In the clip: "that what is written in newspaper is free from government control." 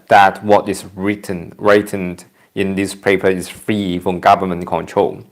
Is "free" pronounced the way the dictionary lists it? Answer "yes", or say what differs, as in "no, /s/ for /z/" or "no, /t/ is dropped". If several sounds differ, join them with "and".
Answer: yes